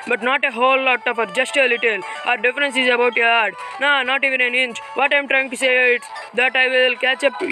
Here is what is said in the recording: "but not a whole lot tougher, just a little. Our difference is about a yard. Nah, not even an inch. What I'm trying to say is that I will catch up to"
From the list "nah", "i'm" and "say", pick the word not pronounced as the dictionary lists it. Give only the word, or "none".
none